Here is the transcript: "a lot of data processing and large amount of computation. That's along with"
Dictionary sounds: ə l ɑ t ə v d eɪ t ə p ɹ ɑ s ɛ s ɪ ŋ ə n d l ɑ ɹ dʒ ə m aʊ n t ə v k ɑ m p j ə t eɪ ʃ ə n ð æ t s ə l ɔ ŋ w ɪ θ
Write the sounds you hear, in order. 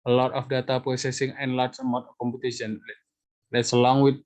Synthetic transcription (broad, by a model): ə l ɑ t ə f d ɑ t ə p ɹ ɑ s ɛ s ɪ ŋ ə n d l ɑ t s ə m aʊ t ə k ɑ m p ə t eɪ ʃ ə n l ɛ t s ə l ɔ ŋ w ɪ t